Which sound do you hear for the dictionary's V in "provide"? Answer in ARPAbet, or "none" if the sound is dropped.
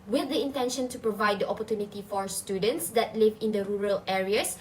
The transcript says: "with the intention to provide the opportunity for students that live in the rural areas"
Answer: V